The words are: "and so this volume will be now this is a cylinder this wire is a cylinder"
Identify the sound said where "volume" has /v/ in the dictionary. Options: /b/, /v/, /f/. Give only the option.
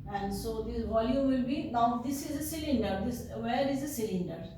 /v/